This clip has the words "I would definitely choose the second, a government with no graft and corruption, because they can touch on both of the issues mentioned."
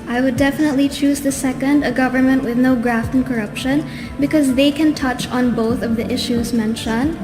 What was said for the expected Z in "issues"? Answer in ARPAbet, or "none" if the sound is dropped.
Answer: Z